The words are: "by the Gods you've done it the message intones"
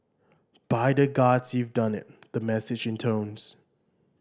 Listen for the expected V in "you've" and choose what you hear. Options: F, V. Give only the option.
V